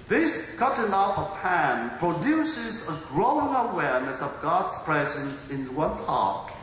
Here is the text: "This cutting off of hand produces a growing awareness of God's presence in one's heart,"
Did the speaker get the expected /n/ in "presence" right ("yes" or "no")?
yes